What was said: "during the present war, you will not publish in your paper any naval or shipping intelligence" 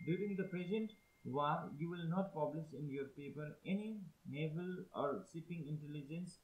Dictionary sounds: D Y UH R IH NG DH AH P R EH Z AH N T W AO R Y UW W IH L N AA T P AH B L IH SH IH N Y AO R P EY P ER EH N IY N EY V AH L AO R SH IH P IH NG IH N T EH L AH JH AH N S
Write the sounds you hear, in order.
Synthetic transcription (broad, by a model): D Y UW R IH NG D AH P R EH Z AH N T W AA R Y UW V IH L N AA T P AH B L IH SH IH N Y AO R P EY P ER EH N IY N EY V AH L AO R S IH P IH NG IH N T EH L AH JH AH N S